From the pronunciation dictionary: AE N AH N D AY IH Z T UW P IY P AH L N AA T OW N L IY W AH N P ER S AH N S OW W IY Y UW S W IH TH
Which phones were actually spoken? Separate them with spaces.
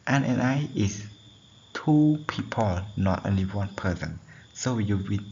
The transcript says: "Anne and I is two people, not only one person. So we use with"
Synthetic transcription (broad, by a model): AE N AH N AY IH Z T UW P IY P AH L N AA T OW N L IY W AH N P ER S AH N S OW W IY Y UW W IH